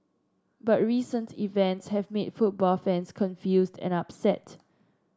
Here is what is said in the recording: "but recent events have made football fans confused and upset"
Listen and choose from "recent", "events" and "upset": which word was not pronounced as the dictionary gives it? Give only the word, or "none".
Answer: none